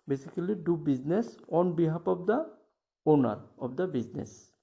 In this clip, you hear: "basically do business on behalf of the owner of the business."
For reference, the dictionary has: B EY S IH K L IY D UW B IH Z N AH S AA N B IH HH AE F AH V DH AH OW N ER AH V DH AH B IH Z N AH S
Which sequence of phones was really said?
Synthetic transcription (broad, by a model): B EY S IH K L IY D UW B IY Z N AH S AA N B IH HH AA P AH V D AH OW N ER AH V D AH B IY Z N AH S